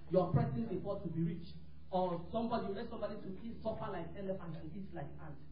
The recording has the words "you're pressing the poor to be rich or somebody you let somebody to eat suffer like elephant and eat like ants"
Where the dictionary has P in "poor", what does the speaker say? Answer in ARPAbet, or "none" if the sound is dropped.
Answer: F